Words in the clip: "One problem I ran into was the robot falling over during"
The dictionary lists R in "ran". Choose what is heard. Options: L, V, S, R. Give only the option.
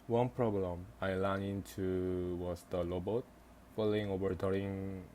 L